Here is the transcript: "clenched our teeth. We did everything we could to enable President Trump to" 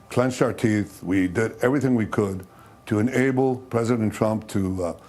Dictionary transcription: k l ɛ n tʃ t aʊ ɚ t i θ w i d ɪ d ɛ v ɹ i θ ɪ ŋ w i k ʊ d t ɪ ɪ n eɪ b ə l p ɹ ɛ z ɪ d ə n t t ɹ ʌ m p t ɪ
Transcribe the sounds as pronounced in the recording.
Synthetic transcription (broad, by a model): k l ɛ n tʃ t aʊ ɚ t i θ w i d ɪ d ɛ v ɹ i θ ɪ ŋ w i k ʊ d t ɪ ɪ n eɪ b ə l p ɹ ɛ z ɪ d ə n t t ɹ ʌ m p t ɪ